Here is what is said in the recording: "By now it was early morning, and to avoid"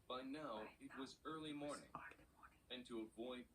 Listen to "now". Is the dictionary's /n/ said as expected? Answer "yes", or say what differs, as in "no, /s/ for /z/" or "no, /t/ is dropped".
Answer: yes